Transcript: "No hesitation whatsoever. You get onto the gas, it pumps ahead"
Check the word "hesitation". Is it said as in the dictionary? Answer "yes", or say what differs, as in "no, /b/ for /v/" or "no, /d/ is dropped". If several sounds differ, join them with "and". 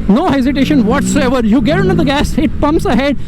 yes